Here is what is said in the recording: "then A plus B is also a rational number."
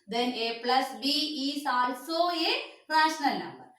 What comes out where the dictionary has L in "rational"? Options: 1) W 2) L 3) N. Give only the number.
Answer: 2